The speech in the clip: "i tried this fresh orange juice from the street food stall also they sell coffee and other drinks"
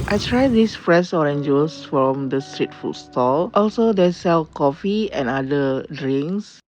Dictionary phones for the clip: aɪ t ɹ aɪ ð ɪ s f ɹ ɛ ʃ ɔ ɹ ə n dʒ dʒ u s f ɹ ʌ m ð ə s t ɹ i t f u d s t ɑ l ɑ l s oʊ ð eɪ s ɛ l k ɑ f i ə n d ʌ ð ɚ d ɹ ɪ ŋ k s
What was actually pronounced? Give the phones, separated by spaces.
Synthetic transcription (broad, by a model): aɪ t ɹ aɪ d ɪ s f ɹ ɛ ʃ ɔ ɹ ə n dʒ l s f ɹ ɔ m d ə s t ɹ i t f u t s t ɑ l ɑ l s oʊ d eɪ s ɛ l k ɑ f i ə n d ʌ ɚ d ɹ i ŋ s